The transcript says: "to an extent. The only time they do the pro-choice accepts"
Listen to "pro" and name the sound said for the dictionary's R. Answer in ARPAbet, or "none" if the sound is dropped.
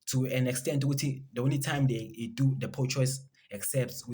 none